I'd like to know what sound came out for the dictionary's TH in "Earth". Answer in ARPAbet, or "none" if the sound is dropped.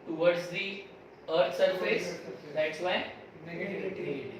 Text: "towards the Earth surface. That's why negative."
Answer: T